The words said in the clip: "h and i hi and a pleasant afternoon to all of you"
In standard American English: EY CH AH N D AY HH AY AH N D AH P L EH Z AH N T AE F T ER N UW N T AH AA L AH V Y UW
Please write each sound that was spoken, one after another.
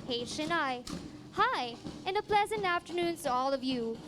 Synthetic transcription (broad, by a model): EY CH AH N AY HH AY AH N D AH P L EH Z AH N T AE F T ER N UW N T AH AA L AH V Y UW